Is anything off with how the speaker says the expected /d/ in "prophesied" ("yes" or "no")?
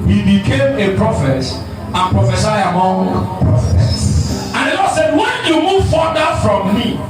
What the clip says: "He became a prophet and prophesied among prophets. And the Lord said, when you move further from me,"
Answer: yes